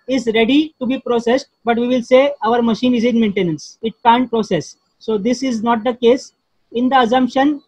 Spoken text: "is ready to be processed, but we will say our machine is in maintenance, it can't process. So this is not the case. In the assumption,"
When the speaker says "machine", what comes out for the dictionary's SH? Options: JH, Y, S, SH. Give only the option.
SH